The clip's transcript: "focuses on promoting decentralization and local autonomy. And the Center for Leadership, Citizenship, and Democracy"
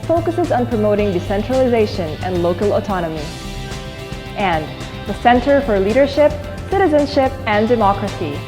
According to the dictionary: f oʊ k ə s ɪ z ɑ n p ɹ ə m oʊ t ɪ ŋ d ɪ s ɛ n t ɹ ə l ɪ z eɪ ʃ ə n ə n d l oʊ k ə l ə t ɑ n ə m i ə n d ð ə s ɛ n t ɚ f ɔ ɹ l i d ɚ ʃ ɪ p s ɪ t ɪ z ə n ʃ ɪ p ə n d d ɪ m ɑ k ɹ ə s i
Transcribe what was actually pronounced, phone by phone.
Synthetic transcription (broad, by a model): f oʊ k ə s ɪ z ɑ n p ɹ ə m oʊ t ɪ ŋ d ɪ s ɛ n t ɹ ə l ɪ z eɪ ʃ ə n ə n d l oʊ k ə l ə t ɑ n ə m i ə n ð ə s ɛ n t ɚ f ɔ ɹ l i d ɚ ʃ ɪ p s ɪ t ɪ z ə n ʃ ɪ p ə n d d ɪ m ɑ k ɹ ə s i